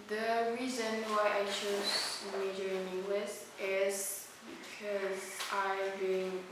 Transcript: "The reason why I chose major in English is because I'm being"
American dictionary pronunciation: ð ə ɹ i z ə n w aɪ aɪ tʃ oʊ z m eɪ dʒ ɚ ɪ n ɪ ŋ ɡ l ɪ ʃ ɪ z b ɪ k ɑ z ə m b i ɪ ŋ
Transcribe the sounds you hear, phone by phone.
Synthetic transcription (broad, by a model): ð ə ɹ i z ə n w aɪ aɪ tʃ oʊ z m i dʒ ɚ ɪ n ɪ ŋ ɡ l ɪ s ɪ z b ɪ k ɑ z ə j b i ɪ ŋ